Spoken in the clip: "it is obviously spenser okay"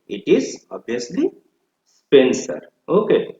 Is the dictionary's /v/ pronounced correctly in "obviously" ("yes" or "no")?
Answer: no